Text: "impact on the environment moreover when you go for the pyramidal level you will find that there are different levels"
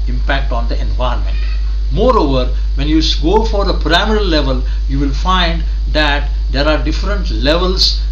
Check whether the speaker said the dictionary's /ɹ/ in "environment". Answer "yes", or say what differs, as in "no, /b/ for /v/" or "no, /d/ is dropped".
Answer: no, /ɹ/ is dropped